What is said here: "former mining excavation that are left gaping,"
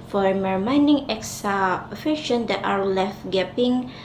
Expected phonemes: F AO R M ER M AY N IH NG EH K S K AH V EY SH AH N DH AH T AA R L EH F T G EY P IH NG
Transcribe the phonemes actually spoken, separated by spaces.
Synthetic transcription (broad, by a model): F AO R M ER M AY N IH NG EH K S AH F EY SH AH N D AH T AA R L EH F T G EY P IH NG